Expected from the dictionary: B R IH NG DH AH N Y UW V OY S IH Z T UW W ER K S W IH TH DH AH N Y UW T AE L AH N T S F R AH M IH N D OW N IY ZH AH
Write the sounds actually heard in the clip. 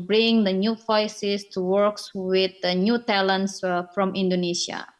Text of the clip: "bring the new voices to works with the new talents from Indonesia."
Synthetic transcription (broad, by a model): B R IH NG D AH N Y UW F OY S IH S T UW W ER K S W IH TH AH N Y UW T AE L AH N T S F R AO M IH N D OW N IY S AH